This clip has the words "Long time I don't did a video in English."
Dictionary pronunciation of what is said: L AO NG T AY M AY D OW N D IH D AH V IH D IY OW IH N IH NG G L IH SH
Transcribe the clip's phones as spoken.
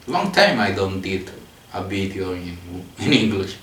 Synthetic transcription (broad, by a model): L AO NG T AY M AY D OW N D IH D AH B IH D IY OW IH N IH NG G L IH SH